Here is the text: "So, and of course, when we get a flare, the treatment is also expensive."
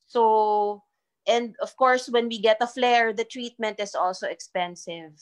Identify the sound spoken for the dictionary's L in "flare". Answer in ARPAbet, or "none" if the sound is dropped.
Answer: L